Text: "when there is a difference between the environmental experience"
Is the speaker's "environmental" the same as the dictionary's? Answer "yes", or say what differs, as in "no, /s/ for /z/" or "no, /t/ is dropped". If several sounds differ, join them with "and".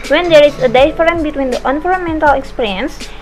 no, /f/ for /v/